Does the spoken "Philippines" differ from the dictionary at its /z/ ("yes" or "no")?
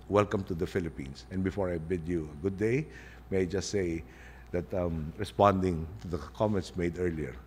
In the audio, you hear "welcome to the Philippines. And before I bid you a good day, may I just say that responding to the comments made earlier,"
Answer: yes